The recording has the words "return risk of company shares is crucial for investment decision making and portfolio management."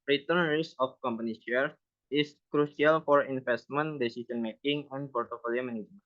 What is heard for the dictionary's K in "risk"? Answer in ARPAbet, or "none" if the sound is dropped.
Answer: none